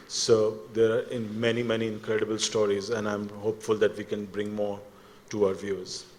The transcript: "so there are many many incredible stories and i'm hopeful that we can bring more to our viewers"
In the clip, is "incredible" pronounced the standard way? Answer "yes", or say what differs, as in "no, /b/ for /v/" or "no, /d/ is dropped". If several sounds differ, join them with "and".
yes